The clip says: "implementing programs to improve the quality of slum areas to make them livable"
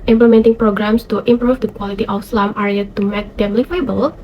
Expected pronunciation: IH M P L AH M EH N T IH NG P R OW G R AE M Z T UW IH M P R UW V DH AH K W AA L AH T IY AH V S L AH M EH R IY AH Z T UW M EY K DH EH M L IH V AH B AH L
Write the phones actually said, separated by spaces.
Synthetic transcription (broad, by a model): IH M P L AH M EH N T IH NG P R OW G R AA M S T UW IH M P R UW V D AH K W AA L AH T IY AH F S L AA M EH R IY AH T UW M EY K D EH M L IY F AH B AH L